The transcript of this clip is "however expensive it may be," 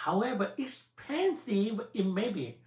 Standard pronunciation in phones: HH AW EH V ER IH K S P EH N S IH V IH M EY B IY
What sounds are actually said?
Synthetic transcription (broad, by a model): HH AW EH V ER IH S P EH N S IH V IH M EY B IY